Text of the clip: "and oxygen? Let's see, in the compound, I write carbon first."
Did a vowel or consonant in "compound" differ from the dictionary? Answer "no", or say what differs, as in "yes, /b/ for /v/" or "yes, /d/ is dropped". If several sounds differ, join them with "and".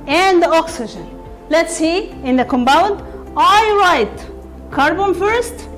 yes, /b/ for /p/